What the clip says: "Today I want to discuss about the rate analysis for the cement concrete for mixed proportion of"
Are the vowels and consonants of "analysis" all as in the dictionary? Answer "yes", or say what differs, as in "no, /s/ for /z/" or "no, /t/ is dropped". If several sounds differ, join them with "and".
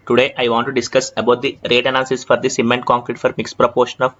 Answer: no, /l/ is dropped